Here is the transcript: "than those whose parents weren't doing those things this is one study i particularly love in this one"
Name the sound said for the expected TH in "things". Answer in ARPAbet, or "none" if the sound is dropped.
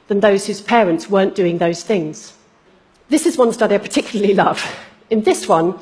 TH